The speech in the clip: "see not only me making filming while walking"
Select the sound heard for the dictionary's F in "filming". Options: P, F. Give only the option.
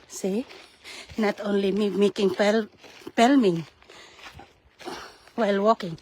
P